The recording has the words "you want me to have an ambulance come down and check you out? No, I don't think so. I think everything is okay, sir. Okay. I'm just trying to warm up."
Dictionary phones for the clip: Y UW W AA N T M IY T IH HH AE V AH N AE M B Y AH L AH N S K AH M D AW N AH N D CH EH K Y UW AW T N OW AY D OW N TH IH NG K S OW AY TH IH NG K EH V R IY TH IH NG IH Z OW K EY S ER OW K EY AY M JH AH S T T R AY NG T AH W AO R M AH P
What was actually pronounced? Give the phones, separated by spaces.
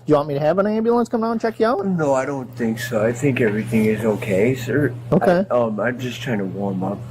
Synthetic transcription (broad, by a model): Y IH W AA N M IY T IH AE V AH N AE M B Y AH L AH N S K AH M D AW AH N CH EH K Y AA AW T N OW AY D OW N TH IH NG K S OW AY TH IH NG K EH V R IY TH IH NG IH Z OW K EY S ER OW K EY AY M JH AH S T T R AY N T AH W AO R M AH P